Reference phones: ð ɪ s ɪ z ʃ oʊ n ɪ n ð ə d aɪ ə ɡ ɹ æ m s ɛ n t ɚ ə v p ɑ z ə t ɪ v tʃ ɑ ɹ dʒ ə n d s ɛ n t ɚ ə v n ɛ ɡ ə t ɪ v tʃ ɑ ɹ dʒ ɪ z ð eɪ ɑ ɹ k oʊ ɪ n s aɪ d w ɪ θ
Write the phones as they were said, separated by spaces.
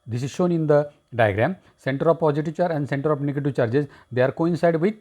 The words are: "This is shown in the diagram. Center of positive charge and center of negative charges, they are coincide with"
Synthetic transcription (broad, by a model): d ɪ s ɪ z ʃ oʊ n ɪ n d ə d aɪ ə ɡ ɹ æ m s ɛ n t ɚ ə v p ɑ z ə t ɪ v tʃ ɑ ɹ ə n d s ɛ n t ɚ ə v n ɛ ɡ ə t ɪ v tʃ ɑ ɹ dʒ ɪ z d eɪ ɑ ɹ k oʊ ɪ n s aɪ d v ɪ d